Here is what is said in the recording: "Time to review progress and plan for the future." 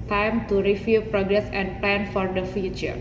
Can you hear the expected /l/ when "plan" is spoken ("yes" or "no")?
yes